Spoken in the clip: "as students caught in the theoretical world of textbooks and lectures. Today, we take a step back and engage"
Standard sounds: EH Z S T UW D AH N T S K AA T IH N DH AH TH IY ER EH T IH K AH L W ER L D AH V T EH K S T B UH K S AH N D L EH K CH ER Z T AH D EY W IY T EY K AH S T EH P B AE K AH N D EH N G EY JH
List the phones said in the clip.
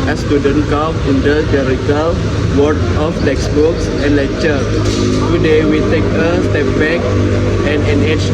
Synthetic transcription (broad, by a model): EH S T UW D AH N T K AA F IH N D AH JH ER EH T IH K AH L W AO D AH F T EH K S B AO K S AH N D L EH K CH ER T AH D EY W IY T EY K AH S T EH P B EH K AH N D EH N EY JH